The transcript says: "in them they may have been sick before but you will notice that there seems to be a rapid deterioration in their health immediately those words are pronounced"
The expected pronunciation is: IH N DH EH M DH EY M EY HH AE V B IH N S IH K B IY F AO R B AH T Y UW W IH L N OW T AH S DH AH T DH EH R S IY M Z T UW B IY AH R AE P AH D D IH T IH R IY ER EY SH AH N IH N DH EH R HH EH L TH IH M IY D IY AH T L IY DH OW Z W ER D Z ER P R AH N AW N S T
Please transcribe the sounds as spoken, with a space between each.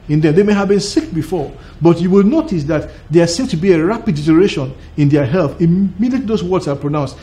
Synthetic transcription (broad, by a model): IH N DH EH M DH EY M EY HH AE V B IH N S IH K B IY F AO R B AH T Y UW W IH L N OW T AH S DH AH T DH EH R S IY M T UW B IY AH R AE P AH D D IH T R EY SH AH N IH N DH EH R HH EH L TH IH M IY D IY AH T L IY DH OW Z W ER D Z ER P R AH N AW N S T